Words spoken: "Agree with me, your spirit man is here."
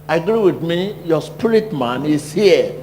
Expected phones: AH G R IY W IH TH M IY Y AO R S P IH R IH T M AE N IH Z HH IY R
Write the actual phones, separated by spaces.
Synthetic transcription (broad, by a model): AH G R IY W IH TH M IY Y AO S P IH L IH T M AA N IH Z HH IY